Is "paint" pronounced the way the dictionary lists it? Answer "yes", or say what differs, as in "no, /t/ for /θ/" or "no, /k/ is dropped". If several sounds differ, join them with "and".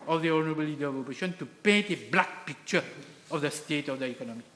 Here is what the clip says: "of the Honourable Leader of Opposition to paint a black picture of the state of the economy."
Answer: no, /n/ is dropped